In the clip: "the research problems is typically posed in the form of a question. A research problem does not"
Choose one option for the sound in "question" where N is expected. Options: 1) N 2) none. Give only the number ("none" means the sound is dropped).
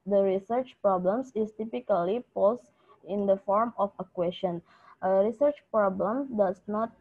1